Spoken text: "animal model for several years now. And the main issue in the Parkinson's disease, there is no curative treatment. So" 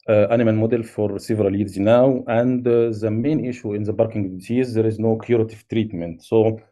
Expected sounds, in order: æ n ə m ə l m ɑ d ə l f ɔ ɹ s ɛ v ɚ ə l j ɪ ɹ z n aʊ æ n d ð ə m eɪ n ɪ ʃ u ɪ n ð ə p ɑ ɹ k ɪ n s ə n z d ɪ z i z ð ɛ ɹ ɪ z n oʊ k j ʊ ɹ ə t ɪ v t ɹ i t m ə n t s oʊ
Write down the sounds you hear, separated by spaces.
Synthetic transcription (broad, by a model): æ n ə m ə l m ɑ d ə l f ɔ ɹ s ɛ v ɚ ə l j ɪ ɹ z n aʊ æ n d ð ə m eɪ n ɪ ʃ u ɪ n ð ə b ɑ ɹ k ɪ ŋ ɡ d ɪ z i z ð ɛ ɹ ɪ z n oʊ k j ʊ ɹ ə t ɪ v t ɹ i t m ə n t s oʊ